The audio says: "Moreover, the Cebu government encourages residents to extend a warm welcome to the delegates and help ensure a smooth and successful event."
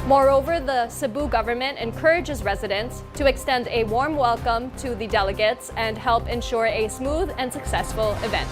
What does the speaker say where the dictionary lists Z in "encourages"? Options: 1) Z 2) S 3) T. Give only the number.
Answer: 1